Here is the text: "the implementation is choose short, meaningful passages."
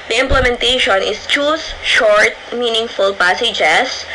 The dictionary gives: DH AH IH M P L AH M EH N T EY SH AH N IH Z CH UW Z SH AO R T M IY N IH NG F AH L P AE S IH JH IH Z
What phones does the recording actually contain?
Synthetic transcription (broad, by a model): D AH IH M P L AH M EH N T EY SH AH N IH S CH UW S SH AO R T M IY N IH NG F AH L P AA S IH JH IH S